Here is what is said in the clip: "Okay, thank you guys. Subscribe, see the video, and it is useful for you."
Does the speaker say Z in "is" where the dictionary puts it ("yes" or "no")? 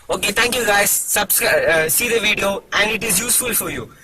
yes